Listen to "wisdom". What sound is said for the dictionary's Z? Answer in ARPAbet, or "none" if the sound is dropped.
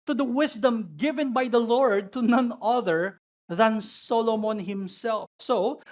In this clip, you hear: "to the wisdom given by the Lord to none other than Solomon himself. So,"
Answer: S